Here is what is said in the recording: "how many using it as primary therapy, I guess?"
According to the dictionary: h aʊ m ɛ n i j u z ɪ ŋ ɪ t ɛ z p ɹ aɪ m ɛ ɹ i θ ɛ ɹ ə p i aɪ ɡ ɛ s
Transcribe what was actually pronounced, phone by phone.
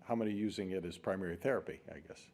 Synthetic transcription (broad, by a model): h aʊ m ɛ n i j u z ɪ ŋ ɪ t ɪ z p ɹ aɪ m ɛ ɹ i θ ɛ ɹ ə p i aɪ ɡ ɛ s